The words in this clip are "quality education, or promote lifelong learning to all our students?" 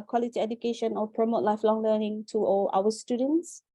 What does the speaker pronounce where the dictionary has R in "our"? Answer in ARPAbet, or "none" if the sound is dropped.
W